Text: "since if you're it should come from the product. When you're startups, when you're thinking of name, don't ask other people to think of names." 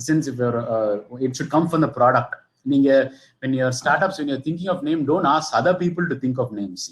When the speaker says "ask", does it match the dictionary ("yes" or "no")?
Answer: no